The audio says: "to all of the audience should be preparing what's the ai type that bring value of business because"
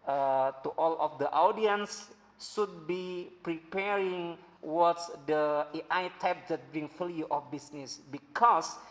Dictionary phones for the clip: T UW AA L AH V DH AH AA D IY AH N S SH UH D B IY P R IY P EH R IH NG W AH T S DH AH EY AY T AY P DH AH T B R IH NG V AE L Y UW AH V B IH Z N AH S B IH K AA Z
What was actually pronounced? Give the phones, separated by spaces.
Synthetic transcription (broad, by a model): T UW AA L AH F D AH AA D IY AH N S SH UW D B IY P R IY P EH R IH NG W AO T S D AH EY AY T AY P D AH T B R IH NG F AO L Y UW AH F B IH S N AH S B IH K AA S